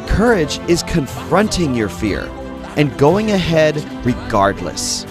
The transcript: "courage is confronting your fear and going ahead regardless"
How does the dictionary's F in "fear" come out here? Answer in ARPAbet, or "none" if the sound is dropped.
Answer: F